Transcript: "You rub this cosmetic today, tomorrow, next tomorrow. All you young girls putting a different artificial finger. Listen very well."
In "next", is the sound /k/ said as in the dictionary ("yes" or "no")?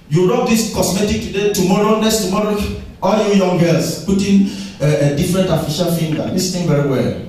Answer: no